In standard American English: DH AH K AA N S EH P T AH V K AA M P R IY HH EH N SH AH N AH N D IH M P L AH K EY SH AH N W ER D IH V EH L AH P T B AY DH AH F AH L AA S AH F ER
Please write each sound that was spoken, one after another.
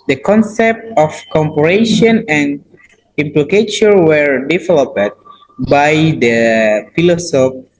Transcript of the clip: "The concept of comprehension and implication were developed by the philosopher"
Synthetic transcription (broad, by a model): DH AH K AA N S EH P T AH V K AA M P IY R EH SH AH N AH N D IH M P L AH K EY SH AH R W ER D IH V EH L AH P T B AY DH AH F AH L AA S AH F